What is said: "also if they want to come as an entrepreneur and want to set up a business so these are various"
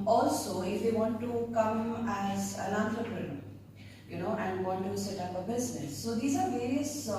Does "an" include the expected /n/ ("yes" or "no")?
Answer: no